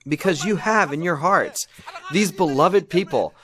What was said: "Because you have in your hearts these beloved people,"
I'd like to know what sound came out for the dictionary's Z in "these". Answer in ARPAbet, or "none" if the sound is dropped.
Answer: Z